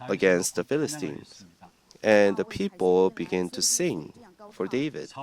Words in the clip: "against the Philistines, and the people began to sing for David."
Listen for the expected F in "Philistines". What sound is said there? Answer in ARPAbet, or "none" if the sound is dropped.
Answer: F